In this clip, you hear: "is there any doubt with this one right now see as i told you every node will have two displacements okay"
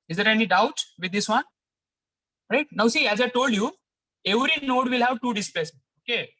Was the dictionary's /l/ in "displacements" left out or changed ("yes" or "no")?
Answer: yes